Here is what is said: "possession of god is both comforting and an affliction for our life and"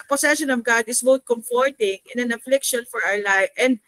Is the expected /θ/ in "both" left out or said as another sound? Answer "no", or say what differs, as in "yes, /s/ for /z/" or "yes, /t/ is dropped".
yes, /t/ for /θ/